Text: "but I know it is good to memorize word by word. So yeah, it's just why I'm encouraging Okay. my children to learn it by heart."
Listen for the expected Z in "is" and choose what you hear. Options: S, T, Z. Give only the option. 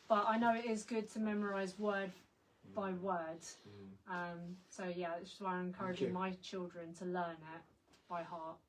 Z